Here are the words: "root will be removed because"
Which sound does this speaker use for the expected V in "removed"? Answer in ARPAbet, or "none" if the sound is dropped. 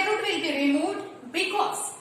none